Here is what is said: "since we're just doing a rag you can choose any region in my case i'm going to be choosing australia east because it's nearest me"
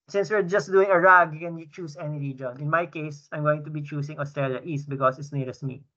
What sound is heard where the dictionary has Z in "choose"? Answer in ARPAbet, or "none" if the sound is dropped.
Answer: S